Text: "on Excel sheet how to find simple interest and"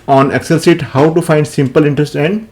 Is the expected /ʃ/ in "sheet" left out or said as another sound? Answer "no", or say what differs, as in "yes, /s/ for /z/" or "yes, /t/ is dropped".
yes, /s/ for /ʃ/